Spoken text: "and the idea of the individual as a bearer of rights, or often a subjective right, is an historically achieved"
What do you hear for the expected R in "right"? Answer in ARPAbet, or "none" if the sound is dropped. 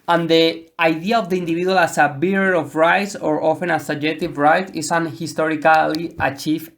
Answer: R